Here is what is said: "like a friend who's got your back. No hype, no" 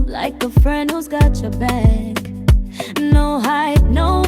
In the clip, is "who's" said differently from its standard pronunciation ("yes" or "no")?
no